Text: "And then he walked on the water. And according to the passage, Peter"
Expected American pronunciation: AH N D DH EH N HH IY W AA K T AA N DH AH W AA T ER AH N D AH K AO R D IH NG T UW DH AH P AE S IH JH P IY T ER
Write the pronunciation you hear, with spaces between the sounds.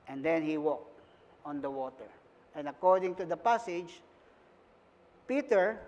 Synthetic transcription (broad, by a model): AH N D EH N HH IY W AA K T AA N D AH W AA T ER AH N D AH K AO R D IH NG T UW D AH P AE S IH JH P IY T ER